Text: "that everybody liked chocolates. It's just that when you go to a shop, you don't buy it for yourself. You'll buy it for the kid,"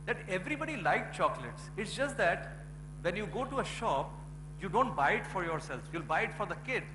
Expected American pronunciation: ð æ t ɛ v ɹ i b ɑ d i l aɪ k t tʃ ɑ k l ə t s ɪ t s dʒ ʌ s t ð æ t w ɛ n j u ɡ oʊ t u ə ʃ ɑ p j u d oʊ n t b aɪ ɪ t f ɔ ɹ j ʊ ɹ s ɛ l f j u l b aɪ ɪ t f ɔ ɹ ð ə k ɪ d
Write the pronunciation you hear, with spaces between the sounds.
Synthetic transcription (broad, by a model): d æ t ɛ v ɹ i b ɑ d i l aɪ k tʃ ɑ k l ə t s ɪ t s dʒ ʌ s t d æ t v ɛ n j u ɡ oʊ t u ə ʃ ɑ p j u d oʊ n t b aɪ ɪ t f ɔ ɹ j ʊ ɹ s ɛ l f j u l b aɪ ɪ t f ɔ ɹ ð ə k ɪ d